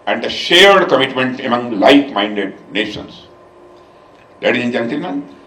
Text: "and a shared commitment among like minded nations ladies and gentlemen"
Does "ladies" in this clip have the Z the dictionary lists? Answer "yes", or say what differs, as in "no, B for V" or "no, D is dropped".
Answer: no, Z is dropped